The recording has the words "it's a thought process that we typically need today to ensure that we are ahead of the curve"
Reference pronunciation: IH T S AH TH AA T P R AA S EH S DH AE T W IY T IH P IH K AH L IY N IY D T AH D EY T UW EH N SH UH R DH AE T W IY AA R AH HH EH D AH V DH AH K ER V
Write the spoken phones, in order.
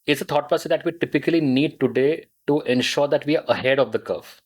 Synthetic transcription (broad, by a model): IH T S AH T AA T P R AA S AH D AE T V IY T IH P IH K AH L IY N IY D T AH D EY T UW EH N SH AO R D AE T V IY AA R AH HH EH D AH V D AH K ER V